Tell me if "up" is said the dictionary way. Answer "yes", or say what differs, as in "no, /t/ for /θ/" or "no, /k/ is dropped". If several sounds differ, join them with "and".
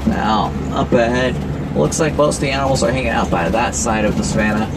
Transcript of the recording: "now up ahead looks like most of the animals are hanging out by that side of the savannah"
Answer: yes